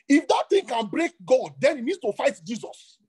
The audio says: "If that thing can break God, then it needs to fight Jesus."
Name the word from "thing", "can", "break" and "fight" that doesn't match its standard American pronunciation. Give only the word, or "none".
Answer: thing